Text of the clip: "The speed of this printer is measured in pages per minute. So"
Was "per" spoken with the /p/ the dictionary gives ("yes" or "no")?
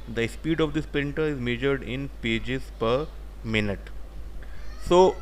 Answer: yes